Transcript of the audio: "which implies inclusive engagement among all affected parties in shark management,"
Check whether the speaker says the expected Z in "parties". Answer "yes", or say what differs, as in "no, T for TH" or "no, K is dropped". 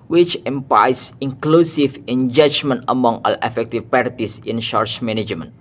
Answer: no, S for Z